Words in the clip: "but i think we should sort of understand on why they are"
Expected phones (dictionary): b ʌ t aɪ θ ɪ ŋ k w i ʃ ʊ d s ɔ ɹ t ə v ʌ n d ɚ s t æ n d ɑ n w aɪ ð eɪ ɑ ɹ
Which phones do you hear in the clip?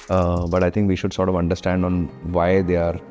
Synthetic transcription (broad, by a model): b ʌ t aɪ t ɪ ŋ k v i ʃ ʊ d s ɔ ɹ t ə v ʌ n d ɚ s t æ n d ɑ n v aɪ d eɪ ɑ ɹ